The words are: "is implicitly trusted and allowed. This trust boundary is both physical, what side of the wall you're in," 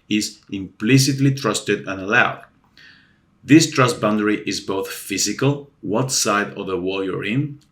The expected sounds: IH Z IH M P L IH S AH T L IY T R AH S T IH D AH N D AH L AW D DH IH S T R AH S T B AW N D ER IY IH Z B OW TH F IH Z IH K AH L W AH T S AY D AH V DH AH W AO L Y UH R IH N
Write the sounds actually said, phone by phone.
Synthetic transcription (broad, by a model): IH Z IH M P L IH S AH T L IY T R AH S T IH D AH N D AH L AW D DH IH S T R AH S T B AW N D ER IY IH Z B OW TH F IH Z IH K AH L W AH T S AY D AH V DH AH W AO L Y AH R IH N